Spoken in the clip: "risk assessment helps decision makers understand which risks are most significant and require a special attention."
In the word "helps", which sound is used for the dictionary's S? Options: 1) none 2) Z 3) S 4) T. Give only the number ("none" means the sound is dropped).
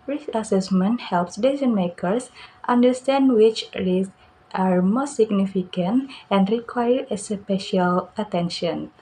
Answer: 3